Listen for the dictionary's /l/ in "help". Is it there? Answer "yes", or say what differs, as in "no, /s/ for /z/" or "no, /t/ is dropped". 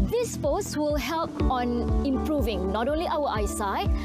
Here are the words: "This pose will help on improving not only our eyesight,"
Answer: yes